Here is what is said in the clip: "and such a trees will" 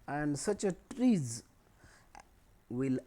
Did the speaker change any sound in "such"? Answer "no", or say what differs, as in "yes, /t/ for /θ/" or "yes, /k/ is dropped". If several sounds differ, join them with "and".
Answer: no